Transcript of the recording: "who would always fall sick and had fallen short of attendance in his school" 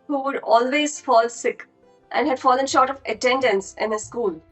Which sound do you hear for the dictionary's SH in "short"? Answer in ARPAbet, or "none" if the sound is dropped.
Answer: SH